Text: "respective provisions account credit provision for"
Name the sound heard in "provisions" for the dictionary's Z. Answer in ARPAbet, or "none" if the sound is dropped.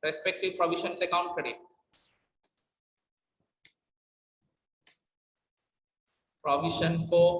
S